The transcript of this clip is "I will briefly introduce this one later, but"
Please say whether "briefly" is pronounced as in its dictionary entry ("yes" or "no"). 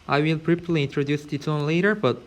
no